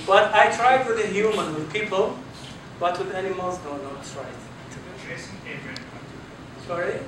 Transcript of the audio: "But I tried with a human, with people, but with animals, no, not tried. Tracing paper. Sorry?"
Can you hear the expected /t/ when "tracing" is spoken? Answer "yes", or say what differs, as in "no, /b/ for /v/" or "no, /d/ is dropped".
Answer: no, /s/ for /t/